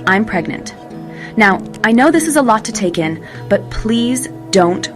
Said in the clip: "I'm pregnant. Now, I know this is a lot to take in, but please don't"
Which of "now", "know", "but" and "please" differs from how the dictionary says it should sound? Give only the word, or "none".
none